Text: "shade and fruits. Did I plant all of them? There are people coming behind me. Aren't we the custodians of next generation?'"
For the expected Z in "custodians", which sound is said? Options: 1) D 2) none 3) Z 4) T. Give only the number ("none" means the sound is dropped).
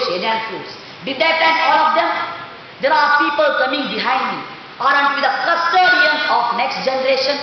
2